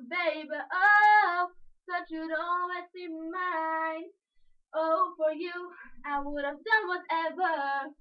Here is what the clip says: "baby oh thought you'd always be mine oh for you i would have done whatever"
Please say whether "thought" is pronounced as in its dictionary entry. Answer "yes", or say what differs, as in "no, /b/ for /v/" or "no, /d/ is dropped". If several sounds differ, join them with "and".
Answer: no, /s/ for /θ/